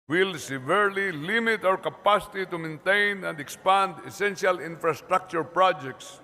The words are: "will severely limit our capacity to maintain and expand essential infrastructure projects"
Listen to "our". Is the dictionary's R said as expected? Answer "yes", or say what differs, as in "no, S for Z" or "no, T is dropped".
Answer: no, W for R